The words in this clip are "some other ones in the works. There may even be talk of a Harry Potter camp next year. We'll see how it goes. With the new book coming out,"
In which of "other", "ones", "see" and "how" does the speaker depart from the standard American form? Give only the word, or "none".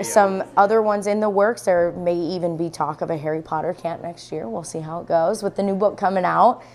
none